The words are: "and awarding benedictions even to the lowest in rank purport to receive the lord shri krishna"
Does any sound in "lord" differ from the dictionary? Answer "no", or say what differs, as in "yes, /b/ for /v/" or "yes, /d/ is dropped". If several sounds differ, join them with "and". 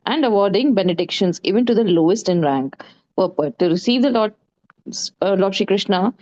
yes, /l/ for /ɹ/